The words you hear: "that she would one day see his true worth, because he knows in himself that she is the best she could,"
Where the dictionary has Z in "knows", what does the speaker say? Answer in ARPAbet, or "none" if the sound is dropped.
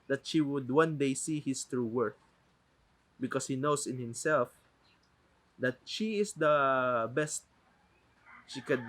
S